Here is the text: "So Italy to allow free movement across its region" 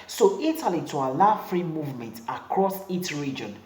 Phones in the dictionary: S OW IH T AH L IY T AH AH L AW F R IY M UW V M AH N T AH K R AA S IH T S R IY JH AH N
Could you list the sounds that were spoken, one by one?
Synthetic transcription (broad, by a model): S OW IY T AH L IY T AH AH L AW F R IY M UW V M AH N T AH K R AA S IH T S R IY JH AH N